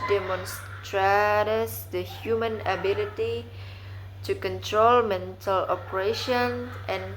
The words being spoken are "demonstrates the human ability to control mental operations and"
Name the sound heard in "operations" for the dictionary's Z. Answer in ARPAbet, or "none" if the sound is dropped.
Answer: none